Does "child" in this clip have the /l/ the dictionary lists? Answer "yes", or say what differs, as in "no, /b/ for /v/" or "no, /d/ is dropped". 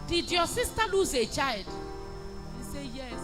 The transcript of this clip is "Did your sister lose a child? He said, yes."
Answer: yes